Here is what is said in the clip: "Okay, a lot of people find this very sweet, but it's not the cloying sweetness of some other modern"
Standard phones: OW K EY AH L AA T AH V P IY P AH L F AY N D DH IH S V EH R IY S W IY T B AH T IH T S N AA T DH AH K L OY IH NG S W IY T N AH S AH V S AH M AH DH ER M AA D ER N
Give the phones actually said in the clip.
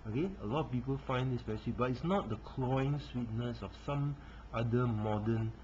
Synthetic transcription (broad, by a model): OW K EY AH L AA T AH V P IY P AH L F AY N D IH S P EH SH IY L IY B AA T IH T S N AA T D AH K L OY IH NG S W IY T N AH S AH F S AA M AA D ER M AA D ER N